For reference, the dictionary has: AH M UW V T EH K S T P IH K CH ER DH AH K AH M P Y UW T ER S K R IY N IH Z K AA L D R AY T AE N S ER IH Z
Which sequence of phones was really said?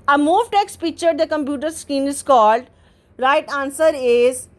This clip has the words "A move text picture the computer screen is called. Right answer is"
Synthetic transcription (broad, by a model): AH M UW V T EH K S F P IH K CH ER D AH K AH M P Y UW T ER S K IY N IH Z K AA L D R AY T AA N S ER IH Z